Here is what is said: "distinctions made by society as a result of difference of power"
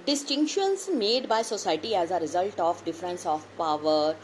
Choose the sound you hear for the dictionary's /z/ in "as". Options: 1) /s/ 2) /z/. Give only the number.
2